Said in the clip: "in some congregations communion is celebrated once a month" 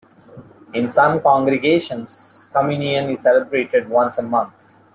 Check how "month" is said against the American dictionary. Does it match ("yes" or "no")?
no